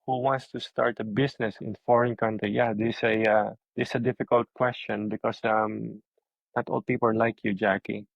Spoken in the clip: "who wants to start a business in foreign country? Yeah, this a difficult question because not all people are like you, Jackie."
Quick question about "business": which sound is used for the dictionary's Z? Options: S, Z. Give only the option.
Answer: S